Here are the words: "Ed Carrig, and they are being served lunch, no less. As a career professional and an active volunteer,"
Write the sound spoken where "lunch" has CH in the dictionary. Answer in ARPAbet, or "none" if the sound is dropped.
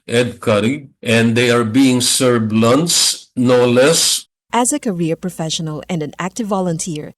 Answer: S